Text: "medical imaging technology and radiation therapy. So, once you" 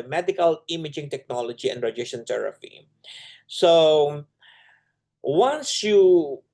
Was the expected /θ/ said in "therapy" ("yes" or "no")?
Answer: no